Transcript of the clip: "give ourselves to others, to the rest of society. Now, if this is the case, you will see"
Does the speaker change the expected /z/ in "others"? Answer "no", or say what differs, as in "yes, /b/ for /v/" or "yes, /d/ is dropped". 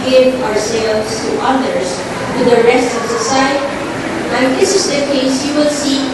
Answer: yes, /s/ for /z/